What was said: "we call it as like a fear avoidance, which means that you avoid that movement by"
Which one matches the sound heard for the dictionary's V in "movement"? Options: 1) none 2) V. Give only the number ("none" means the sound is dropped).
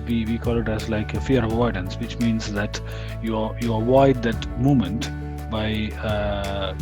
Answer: 1